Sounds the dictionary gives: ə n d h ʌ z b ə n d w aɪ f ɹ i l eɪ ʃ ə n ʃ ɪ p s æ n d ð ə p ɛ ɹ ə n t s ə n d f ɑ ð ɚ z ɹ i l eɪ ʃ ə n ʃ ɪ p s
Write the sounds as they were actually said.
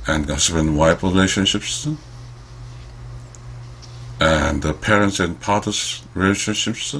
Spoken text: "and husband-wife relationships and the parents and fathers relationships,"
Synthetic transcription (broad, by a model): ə n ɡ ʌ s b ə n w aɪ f ɹ i l eɪ ʃ ə n ʃ ɪ p s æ n ð ə p ɛ ɹ ə n t s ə n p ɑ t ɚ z ɹ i l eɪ ʃ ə n ʃ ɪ p s